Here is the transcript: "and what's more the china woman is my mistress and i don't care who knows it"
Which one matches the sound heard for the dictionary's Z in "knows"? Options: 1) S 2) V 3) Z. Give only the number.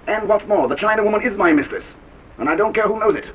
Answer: 3